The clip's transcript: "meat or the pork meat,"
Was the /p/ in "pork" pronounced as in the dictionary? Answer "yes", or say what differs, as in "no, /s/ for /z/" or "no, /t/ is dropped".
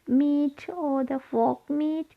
no, /f/ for /p/